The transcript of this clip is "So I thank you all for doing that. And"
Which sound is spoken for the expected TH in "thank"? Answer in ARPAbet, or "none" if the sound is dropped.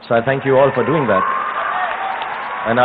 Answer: TH